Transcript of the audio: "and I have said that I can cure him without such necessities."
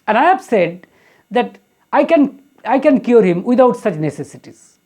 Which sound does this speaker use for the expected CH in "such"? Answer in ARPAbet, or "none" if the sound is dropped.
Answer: CH